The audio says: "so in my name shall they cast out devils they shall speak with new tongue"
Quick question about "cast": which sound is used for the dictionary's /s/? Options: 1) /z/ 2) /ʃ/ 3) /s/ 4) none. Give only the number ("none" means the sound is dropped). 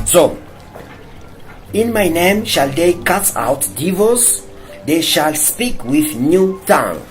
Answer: 4